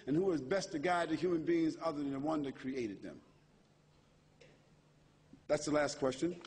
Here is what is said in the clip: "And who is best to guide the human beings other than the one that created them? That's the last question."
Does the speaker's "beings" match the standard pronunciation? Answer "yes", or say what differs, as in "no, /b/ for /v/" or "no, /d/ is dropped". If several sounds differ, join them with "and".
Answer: yes